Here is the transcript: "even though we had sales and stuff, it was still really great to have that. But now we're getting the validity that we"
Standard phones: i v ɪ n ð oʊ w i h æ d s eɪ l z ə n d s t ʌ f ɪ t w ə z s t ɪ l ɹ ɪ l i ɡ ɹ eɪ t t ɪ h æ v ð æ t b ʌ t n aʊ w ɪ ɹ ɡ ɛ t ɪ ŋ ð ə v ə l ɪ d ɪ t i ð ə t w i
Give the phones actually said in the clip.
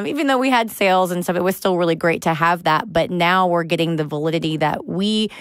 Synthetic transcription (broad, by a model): i v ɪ n ð oʊ w i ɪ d s eɪ l z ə n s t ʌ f ɪ t w ə z s t ɪ l ɹ ɪ l i ɡ ɹ eɪ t t ɪ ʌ v ð æ t b ʌ t n aʊ w ɪ ɹ ɡ ɛ t ɪ ŋ ð ə v ə l ɪ d ɪ t i ð ə t w i